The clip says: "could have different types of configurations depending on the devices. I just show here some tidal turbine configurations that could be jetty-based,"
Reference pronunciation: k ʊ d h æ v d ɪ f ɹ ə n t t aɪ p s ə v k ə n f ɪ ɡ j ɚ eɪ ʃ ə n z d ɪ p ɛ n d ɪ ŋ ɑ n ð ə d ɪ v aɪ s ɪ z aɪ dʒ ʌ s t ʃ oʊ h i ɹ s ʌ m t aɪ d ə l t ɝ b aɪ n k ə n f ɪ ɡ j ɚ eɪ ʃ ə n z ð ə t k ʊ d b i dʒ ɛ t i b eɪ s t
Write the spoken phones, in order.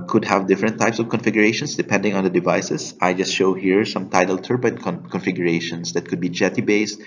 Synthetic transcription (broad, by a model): k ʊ d h æ v d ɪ f ɹ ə n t t aɪ p s ə v k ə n f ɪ ɡ j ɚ eɪ ʃ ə n s d ɪ p ɛ n d ɪ ŋ ɑ n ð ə d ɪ v aɪ s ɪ s aɪ dʒ ʌ s t ʃ oʊ h i ɹ s ʌ m t aɪ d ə l t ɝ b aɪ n k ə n f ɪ ɡ j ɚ eɪ ʃ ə n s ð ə t k ʊ d b i dʒ ɛ t i b eɪ s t